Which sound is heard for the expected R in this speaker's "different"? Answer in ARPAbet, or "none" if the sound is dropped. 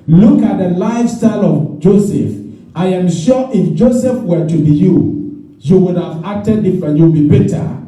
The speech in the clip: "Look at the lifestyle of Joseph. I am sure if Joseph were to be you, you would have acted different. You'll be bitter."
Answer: none